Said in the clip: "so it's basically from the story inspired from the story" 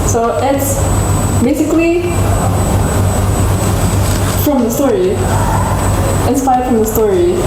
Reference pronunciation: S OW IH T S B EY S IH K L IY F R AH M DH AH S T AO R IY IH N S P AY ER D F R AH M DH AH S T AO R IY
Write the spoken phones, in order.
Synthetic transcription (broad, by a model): S OW IH T S B EY S IH K L IY F R AH M DH AH S T AO R IY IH N S P AY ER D F R AH M DH AH S T AO R IY